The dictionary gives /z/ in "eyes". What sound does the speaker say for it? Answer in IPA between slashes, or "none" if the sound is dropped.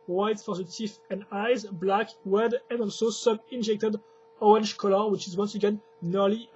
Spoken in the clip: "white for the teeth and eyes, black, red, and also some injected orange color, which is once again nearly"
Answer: /z/